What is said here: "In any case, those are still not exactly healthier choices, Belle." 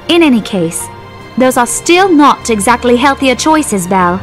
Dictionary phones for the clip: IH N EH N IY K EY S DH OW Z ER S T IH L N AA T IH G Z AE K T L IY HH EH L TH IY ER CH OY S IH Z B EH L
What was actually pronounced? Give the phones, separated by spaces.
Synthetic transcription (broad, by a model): IH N EH N IY K EY S DH OW Z ER S T IH L N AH T IH G Z AE K T L IY HH EH L TH IY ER CH OY S IH Z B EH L